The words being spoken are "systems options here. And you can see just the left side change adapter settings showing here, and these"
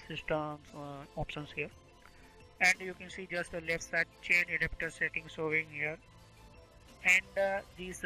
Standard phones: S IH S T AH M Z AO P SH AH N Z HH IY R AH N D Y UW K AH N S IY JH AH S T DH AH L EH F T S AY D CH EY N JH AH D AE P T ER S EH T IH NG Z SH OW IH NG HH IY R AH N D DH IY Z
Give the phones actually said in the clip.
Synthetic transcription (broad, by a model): S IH S T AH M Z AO P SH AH N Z HH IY R AH N D Y UW K AH N S IY JH AH S T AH L EH F T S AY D CH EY N AH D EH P T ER S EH T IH NG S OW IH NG HH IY R AH N D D IY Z